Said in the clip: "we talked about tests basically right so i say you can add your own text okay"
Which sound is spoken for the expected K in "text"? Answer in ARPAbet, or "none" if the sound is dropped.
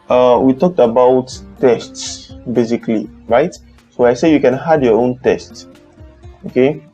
none